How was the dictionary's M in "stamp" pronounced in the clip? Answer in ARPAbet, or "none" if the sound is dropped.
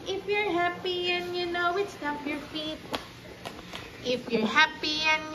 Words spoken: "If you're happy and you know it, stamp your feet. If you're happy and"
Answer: none